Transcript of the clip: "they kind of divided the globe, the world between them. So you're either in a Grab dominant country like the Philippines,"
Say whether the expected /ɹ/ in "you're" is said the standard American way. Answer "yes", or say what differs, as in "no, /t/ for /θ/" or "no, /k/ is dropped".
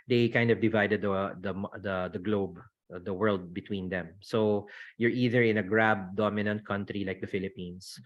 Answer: yes